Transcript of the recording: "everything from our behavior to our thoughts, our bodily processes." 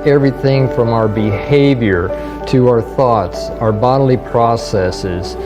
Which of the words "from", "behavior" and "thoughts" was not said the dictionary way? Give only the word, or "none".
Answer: none